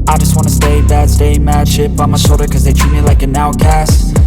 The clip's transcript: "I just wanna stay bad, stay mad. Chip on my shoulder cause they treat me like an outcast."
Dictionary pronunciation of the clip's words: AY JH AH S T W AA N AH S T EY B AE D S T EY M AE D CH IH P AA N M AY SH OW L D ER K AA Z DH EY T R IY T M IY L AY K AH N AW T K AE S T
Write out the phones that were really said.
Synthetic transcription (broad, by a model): AY JH AH S T W AA N AH S T EY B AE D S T EY M AE D SH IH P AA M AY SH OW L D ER K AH Z DH EY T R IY M IY L AY K AH N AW K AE S T